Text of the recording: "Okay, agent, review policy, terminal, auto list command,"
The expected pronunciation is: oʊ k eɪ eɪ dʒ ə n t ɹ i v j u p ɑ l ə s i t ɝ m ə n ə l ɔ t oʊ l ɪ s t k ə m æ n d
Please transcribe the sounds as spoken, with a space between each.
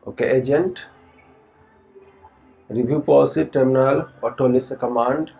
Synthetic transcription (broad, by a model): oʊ k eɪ eɪ dʒ ə n t ɹ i b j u p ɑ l s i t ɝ m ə n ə l ɔ t oʊ l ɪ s k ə m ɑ n d